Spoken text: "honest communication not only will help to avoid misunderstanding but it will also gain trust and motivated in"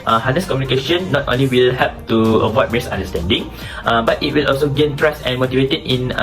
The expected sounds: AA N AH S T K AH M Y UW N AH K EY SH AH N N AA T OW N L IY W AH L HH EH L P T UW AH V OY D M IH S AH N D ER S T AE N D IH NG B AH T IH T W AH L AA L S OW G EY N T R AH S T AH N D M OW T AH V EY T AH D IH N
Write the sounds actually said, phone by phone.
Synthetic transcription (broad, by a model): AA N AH S K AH M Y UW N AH K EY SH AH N N AA T OW N L IY W AH L HH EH P T UW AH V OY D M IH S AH N D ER S T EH N D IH NG B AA T IH T W AH L AA L S OW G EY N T R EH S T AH N M OW T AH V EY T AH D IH N